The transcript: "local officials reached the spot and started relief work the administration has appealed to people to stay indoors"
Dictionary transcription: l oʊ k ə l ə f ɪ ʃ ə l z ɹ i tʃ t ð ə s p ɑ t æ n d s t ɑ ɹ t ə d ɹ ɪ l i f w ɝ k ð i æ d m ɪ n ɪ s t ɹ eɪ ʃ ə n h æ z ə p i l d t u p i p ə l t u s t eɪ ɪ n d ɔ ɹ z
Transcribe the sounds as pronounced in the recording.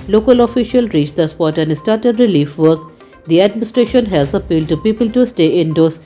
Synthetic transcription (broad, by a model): l oʊ k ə l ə f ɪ ʃ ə l ɹ i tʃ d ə s p ɑ t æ n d s t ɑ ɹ t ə d ɹ ɪ l i f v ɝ k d i æ d m ɪ n ɪ s t ɹ eɪ ʃ ə n h æ z ə p i l d t u p i p ə l t u s t eɪ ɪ n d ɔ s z